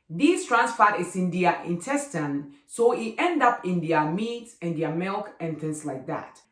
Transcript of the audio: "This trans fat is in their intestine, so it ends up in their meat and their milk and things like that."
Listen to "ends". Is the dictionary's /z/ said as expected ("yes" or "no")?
no